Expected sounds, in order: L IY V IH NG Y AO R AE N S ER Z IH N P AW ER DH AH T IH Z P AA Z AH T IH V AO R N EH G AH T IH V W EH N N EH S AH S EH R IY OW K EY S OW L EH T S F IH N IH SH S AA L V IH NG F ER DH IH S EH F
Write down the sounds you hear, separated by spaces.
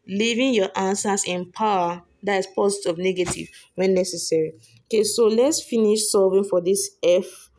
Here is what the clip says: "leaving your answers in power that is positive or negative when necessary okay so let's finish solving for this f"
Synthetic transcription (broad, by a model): L IY V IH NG Y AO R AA N S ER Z IH N P AW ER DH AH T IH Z P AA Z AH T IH AO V N EH G AH T IH V W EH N N EH S AH S EH R IY OW K EY S OW L EH T S F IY N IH SH S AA V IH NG F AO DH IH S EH F